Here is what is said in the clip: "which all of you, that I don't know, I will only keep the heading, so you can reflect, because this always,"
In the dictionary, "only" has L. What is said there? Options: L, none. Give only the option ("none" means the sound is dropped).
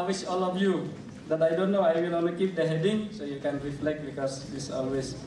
none